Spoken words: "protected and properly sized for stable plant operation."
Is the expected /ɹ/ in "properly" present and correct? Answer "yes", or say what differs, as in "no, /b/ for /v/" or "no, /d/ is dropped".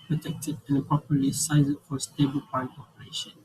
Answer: no, /ɹ/ is dropped